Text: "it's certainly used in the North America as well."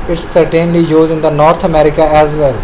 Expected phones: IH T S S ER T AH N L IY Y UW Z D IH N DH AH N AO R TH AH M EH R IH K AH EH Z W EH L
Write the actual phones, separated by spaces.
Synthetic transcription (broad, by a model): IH T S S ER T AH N L IY Y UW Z IH N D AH N AO R T AH M EH R IH K AH EH Z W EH L